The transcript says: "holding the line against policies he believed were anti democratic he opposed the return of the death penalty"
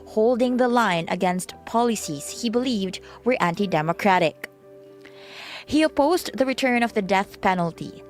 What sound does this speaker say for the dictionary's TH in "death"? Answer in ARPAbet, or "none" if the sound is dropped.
TH